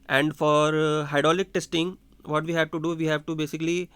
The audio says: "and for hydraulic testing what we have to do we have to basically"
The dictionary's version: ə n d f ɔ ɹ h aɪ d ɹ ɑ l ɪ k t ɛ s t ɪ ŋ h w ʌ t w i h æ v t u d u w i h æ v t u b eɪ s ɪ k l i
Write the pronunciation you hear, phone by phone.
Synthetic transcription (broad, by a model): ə n d f ɔ ɹ h aɪ d ɑ l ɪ k t ɛ s t ɪ ŋ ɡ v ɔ t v i h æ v t u d u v i h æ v t u b eɪ s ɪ k l i